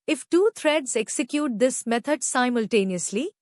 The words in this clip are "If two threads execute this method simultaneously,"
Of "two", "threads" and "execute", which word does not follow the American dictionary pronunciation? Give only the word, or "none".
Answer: threads